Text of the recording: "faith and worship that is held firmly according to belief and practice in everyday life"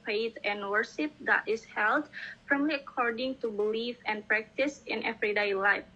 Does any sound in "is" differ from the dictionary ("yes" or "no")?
yes